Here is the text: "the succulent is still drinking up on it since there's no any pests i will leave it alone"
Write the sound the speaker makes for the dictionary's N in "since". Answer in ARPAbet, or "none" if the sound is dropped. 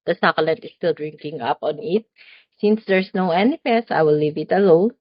N